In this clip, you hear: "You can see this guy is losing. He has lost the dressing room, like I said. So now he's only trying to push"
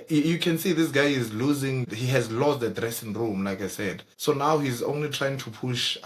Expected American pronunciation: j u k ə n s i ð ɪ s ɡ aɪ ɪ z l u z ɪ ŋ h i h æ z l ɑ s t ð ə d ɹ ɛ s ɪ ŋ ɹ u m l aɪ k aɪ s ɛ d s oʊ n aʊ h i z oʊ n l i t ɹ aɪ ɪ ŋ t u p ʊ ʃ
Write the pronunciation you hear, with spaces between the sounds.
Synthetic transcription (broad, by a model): j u k ə n s i ð ɪ s ɡ aɪ ɪ z l u z ɪ ŋ h i h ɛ z l ɑ s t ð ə d ɹ ɛ s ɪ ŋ ɹ u m l aɪ k aɪ s ɛ d s oʊ n aʊ h i z oʊ n l i t ɹ aɪ ɪ ŋ t u p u ʃ